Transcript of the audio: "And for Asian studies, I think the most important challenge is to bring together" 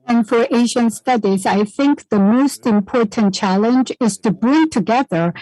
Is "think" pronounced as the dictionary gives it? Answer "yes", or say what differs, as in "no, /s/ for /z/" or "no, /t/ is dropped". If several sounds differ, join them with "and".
yes